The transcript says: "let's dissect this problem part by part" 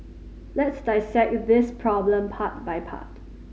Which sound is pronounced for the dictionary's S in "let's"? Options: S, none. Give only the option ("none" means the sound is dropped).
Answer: S